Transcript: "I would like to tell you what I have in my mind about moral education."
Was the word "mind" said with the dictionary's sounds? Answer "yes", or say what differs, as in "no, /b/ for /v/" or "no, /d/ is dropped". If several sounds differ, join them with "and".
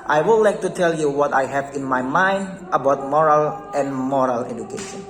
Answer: yes